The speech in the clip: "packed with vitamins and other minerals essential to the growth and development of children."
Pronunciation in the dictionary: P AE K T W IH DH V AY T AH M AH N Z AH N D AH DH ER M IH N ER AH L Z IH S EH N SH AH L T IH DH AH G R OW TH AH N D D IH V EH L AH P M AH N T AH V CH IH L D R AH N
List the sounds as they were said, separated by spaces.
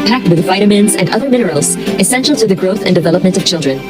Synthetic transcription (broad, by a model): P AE K T W IH DH V AY T AH M AH N Z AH N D AH DH ER M IH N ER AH L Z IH S EH N SH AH L T IH DH AH G R OW TH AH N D D IH V EH L AH P M AH N T AH V CH IH L D R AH N